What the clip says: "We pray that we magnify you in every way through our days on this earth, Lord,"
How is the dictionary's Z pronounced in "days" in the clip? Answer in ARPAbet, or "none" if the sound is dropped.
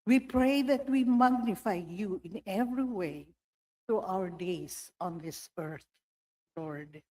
S